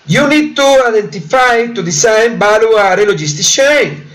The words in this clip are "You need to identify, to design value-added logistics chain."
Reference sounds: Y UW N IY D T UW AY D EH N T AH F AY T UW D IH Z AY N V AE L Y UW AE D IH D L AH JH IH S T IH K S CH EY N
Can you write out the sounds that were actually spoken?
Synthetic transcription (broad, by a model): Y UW N IY D T UW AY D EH N T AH F AY T UW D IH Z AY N B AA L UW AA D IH L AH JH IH S T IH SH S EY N